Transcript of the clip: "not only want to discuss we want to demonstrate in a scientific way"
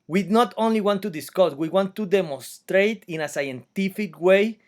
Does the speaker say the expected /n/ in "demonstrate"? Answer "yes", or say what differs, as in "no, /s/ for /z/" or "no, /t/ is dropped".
yes